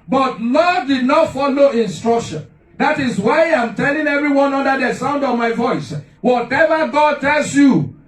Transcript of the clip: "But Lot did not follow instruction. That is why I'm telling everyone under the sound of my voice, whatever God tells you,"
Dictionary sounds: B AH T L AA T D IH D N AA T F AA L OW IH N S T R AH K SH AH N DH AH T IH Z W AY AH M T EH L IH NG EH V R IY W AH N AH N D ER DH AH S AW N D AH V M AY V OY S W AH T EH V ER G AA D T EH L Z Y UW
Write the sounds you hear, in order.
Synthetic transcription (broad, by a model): B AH T L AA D D IH D N AA T F AA L OW IH N S T R AH K SH AH N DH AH T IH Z W AY AH M T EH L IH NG EH V R IY W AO N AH N D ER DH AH S AW N D AH V M AY V OY S W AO T EH V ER G AA D T EH L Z Y UW